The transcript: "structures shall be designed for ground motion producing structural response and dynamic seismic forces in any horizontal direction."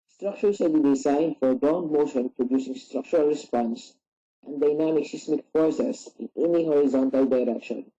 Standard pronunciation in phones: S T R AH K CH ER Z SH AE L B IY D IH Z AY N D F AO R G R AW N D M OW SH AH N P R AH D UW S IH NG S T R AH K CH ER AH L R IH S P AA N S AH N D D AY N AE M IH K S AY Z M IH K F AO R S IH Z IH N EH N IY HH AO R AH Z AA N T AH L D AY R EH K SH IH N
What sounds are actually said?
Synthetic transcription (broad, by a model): S T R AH K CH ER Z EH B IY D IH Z AY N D F AO R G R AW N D M OW SH AH N P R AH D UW S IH NG S T R AH K CH ER AH L R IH S P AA N S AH N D D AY N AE M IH K S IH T M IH K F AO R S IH S IH N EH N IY HH AO R AH Z AA N T AH L D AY R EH K SH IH N